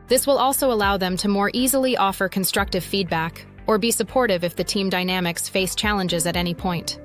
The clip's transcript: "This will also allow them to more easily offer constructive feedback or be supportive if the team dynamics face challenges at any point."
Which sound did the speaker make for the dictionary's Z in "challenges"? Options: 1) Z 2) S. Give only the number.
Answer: 1